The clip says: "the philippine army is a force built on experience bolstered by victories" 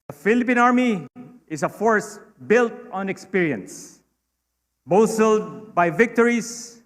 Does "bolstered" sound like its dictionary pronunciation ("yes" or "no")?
no